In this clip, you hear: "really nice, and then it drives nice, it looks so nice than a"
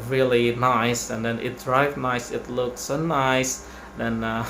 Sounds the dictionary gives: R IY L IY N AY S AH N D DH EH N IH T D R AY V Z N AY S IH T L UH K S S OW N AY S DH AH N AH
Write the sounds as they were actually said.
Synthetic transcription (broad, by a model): R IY L IY N AY S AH N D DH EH N IH T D R AY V N AY S IH T L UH K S S OW N AY S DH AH N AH